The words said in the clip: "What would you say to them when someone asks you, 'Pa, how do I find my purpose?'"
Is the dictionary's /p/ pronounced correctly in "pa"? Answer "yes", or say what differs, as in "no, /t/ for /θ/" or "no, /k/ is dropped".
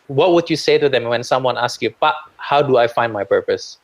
no, /b/ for /p/